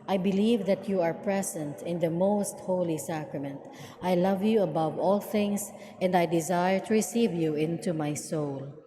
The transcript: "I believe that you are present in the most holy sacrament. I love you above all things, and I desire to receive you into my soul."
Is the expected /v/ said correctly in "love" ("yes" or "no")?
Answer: yes